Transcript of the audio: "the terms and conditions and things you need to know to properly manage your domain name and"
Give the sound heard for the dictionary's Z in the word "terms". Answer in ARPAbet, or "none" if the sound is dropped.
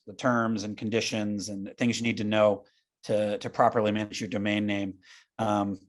Z